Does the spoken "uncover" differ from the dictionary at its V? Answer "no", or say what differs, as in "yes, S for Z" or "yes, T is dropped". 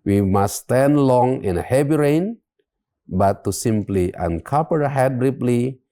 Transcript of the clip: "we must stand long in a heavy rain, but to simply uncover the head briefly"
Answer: yes, P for V